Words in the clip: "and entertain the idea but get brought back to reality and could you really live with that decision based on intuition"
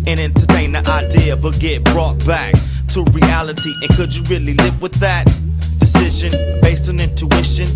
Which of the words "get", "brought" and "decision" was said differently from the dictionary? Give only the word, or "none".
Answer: none